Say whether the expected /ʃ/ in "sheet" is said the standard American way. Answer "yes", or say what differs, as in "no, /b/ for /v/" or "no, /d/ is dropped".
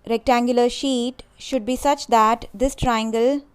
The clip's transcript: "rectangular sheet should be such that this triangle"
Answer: yes